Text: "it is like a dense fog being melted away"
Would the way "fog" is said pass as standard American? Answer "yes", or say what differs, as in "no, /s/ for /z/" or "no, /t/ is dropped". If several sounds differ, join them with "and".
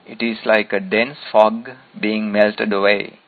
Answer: yes